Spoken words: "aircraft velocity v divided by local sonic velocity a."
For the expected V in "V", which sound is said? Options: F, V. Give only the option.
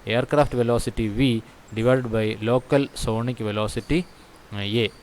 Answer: V